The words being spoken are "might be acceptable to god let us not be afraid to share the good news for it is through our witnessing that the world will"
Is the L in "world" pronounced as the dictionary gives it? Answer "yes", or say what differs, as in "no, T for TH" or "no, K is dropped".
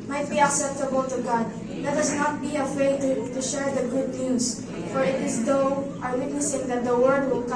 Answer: no, L is dropped